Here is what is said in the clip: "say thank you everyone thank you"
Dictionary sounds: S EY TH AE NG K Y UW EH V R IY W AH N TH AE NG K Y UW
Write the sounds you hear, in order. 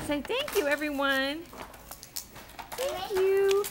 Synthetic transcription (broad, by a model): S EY TH AE NG K Y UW EH V R IY W AH N TH AE NG K Y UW